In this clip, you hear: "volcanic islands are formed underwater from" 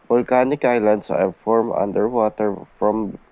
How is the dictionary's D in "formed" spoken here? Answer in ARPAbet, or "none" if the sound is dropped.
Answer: none